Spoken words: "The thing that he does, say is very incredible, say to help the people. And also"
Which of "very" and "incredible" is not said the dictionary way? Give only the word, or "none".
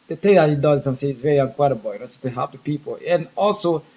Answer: incredible